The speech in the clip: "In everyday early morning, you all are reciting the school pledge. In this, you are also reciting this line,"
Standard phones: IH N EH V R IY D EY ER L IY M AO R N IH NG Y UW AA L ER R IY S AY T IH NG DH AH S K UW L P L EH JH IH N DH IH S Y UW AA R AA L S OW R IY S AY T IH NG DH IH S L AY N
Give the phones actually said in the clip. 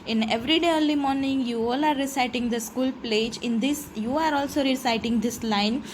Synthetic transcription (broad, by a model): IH N EH V R IY D EY ER L IY M AO R N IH NG Y UW AA L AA R IY S AY T IH NG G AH S K UW L P L EH JH IH N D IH S Y UW AA R AA L S OW R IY S AY T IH NG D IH S L AY N